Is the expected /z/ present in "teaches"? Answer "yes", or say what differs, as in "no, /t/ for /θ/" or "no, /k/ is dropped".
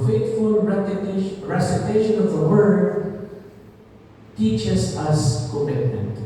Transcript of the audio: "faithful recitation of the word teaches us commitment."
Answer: no, /s/ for /z/